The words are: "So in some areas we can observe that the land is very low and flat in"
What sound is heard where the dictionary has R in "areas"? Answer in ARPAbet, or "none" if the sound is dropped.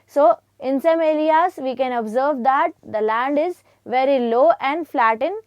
L